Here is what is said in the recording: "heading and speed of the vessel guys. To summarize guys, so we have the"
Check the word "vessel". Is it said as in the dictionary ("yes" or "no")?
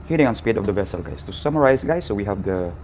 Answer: yes